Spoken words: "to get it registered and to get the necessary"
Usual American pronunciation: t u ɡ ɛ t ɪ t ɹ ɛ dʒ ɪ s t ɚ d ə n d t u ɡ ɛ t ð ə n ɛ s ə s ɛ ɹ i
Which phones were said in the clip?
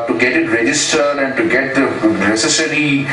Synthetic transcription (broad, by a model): t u ɡ ɛ t ɪ t ɹ ɛ dʒ ɪ s t ɚ d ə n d t u ɡ ɛ t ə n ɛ s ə s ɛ ɹ i